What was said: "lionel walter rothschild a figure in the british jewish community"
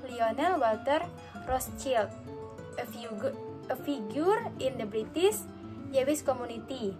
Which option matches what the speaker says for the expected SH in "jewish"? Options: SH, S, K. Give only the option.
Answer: S